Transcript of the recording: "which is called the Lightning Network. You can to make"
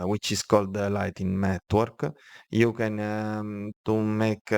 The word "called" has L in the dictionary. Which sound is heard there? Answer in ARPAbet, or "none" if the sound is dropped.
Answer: L